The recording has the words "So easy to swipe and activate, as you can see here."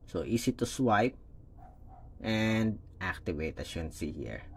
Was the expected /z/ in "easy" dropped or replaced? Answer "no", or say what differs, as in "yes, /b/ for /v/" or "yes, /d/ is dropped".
yes, /s/ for /z/